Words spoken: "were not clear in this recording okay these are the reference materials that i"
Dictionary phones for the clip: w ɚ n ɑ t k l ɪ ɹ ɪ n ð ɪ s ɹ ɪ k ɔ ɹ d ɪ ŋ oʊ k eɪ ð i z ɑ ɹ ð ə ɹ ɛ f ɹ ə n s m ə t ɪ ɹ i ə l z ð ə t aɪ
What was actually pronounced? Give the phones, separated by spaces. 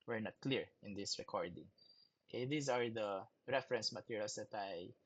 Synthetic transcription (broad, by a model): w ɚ n ɑ t k l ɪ ɹ ɪ n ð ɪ s ɹ ɪ k ɔ ɹ d ɪ ŋ oʊ k eɪ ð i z ɑ ɹ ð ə ɹ ɛ f ɹ ə n s m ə t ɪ ɹ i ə l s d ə t aɪ